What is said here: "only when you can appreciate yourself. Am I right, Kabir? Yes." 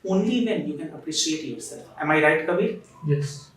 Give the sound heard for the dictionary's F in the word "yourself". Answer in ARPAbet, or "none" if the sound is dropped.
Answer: none